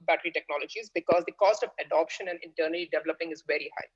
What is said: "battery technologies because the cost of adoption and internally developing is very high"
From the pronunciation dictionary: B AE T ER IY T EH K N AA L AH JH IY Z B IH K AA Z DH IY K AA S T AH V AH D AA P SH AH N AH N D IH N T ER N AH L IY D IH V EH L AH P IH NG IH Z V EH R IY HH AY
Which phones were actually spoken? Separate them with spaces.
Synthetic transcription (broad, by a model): B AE T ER IY T EH K N AA L AH JH IY Z B IH K AA Z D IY K AA S T AH V AH D AA P SH AH N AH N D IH N T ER N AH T IY D IH V EH L AH P IH NG IH Z V EH R IY HH AY